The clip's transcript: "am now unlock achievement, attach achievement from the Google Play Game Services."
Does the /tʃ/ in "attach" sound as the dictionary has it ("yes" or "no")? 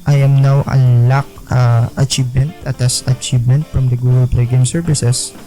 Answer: no